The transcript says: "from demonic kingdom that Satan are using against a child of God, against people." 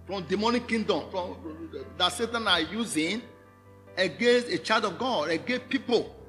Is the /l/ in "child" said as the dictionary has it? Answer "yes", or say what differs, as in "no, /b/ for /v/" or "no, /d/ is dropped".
no, /l/ is dropped